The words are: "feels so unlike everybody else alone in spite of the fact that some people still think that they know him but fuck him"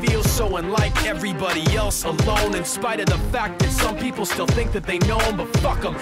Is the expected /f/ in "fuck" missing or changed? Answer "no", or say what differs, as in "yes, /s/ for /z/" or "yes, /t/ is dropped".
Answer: no